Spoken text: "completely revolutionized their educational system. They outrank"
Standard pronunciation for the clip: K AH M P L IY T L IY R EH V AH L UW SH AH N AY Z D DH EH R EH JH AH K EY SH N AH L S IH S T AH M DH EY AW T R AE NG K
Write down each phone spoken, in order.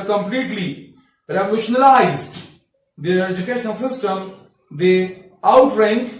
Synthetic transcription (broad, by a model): K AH M P L IY T L IY R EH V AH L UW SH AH N AY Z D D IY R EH JH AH K EY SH AH N S IH S T AH M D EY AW T R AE NG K